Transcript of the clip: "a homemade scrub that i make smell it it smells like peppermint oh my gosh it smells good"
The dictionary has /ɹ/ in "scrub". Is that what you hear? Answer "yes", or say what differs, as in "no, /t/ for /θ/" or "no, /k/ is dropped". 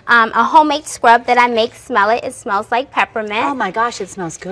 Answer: yes